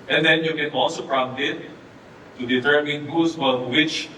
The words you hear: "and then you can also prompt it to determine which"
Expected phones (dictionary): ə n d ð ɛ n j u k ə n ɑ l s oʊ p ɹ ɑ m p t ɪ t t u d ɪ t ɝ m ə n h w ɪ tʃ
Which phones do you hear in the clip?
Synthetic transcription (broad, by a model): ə n d ɛ n j u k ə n ɑ l s oʊ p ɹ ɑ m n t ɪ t t u d ɪ t ɝ m ə n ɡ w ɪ tʃ